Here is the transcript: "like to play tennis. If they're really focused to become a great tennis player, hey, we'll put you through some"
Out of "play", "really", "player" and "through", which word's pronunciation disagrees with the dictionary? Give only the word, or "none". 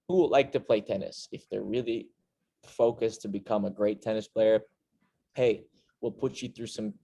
none